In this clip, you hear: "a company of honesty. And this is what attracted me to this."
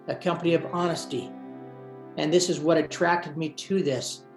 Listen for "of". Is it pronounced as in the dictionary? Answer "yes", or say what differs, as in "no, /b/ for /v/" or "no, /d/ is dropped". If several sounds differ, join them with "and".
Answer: yes